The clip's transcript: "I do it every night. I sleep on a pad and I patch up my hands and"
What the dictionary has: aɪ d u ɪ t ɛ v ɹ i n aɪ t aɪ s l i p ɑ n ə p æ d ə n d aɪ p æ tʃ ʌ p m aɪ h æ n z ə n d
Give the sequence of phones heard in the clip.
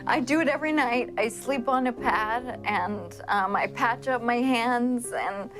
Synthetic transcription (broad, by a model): aɪ d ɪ ɪ t ɛ v ɹ i n aɪ t aɪ s l i p n ə p æ d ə n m aɪ p æ tʃ ʌ p m aɪ h æ n z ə n